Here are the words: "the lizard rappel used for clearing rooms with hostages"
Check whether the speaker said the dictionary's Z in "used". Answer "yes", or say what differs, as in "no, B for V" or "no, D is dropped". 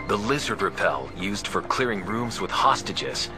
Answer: yes